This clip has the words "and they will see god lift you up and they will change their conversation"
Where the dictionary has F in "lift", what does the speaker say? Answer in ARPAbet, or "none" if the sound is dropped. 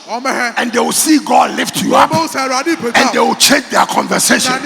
F